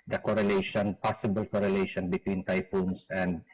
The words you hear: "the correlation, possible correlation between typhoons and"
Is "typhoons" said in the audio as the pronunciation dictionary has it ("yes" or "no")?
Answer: no